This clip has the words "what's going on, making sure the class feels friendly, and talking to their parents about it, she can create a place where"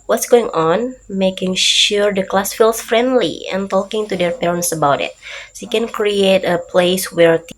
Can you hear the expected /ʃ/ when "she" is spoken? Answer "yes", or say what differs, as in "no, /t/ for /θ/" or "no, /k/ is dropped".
no, /s/ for /ʃ/